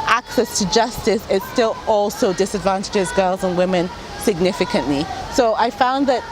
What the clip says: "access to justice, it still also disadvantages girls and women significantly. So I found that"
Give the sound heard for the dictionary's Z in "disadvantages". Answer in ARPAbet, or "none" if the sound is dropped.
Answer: Z